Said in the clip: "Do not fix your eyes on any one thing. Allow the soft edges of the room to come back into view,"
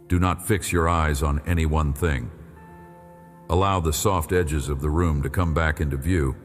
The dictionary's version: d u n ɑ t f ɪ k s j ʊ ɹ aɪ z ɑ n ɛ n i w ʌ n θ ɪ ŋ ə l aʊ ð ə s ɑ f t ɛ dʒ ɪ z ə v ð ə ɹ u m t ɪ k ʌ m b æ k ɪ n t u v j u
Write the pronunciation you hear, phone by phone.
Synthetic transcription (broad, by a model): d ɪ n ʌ t f ɪ k s j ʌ ɹ aɪ z n ɛ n i w ʌ n θ ɪ ŋ ə l aʊ ð ə s ɑ f t ɛ dʒ ɪ z ə v ð ə ɹ u m t ɪ k ʌ m b æ k ɪ n t u v j u